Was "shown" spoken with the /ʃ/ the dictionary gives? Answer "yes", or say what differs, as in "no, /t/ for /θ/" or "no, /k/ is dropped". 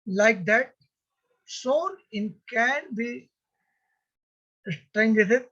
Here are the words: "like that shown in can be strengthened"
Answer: no, /s/ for /ʃ/